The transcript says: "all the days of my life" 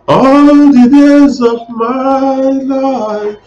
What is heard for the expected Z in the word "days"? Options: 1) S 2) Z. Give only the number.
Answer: 2